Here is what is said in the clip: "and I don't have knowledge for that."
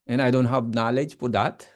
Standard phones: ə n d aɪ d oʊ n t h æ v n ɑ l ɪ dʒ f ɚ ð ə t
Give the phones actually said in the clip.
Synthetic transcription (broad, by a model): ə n aɪ d oʊ n t h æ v n ɑ l ɪ dʒ p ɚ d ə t